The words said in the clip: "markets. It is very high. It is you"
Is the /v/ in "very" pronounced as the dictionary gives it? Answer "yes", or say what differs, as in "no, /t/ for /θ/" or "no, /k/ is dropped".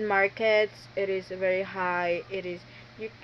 yes